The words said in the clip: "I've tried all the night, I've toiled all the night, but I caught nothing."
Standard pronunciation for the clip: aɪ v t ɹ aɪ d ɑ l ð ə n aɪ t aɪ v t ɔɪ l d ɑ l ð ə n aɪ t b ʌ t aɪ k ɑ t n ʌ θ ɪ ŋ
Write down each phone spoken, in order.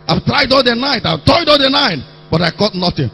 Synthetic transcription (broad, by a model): aɪ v t ɹ aɪ d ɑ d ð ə n aɪ t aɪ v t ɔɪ d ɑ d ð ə n aɪ t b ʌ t aɪ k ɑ t n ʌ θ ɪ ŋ